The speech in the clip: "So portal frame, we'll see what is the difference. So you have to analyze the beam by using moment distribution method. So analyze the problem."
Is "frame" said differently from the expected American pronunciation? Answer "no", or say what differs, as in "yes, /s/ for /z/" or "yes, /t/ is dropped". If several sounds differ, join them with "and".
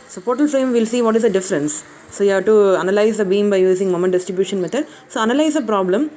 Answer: yes, /ɹ/ is dropped